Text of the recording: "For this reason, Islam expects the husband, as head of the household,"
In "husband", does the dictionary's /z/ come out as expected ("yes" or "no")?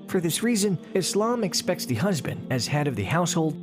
yes